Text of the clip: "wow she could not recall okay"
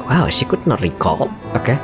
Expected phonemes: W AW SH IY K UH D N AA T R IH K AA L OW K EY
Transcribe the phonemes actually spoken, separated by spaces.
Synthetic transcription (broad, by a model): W AW S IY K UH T N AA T R IH K AA L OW K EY